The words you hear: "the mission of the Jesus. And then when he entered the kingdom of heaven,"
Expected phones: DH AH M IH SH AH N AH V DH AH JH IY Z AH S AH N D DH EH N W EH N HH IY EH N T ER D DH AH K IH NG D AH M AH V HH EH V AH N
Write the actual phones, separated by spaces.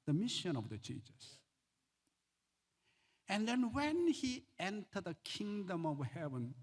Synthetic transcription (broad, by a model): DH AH M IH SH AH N AH V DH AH CH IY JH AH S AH N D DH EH N W EH N HH IY EH N T ER D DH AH K IH NG D AH M AH V HH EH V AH N